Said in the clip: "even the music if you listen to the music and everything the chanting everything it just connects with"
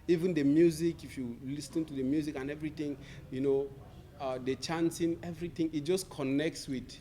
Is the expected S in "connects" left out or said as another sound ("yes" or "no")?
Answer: no